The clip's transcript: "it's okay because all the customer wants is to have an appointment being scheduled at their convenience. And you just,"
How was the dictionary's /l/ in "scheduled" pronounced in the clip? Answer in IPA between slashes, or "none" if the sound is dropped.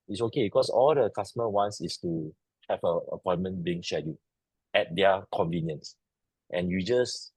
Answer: none